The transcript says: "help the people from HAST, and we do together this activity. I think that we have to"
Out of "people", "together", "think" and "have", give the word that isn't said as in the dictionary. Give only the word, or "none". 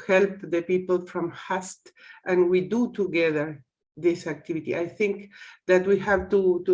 none